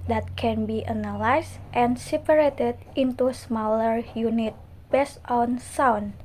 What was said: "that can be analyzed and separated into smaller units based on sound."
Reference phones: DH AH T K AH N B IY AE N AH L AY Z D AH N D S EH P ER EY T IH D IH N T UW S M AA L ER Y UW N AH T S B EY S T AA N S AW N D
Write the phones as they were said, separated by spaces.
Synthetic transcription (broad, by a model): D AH T K AH N B IY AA N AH L AY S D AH N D S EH P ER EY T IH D IH N T UW S M AA L ER Y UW N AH T B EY S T AA N S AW N